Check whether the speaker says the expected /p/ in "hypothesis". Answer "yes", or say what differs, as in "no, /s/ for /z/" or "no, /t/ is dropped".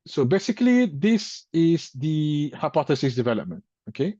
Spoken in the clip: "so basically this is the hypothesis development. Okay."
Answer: yes